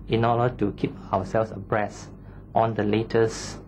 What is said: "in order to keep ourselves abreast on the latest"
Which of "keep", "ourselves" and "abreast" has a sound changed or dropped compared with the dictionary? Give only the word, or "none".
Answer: ourselves